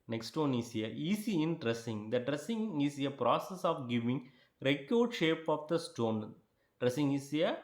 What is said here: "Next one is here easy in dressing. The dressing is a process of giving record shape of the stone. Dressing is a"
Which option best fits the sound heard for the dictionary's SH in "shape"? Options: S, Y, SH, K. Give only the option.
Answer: SH